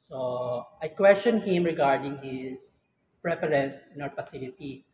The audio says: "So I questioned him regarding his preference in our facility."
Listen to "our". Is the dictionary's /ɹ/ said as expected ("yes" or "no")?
no